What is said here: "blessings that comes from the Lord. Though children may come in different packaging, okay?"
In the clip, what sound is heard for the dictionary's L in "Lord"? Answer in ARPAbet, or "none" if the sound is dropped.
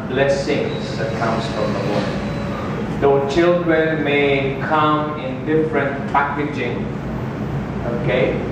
W